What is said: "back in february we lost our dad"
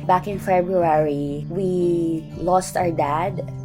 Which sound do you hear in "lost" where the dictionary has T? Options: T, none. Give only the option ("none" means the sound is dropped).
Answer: T